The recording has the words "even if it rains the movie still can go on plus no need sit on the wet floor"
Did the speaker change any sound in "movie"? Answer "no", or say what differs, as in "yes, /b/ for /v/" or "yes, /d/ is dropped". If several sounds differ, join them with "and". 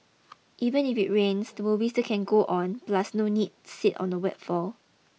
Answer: yes, /w/ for /v/